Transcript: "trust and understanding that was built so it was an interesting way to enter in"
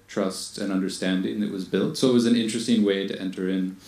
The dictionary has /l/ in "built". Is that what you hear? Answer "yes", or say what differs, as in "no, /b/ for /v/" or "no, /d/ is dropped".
yes